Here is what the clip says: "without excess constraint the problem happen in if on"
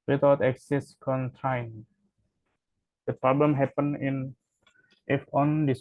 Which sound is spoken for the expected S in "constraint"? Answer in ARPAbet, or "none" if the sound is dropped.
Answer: none